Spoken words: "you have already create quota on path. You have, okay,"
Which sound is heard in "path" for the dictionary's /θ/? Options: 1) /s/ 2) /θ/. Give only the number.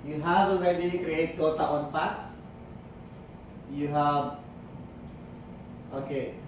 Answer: 1